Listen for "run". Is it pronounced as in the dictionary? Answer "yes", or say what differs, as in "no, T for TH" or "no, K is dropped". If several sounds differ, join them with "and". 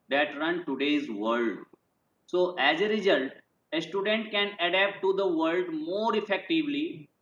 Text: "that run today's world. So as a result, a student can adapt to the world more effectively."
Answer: yes